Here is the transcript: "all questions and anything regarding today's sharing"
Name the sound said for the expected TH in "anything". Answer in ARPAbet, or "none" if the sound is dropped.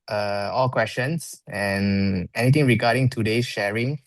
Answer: T